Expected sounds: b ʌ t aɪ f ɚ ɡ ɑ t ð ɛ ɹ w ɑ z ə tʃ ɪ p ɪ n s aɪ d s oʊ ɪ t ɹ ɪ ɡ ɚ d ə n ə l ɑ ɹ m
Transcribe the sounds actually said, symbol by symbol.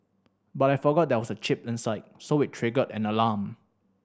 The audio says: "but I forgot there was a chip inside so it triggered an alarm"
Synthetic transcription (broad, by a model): b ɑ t aɪ f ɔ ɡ ɑ t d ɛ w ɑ s ə tʃ ɪ p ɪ n s aɪ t s oʊ ɪ t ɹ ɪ ɡ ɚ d ə n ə l ɑ m